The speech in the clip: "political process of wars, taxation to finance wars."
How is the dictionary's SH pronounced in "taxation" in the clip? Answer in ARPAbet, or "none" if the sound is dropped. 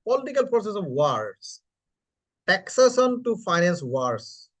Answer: S